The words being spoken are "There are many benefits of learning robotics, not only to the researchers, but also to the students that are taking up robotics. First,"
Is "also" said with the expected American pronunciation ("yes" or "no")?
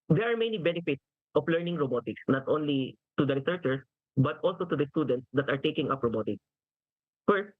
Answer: yes